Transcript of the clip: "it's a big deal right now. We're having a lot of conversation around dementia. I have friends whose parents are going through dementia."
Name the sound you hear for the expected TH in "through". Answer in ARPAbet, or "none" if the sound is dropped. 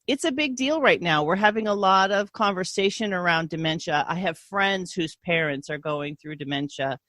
TH